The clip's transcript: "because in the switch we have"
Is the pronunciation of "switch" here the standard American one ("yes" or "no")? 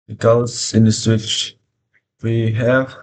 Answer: yes